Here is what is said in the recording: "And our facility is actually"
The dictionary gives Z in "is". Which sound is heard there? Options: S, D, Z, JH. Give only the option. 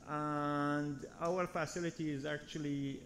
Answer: Z